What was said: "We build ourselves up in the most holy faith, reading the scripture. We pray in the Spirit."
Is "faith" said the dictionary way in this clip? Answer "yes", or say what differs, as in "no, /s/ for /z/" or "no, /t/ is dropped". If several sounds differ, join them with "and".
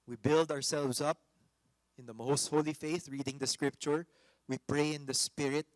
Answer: yes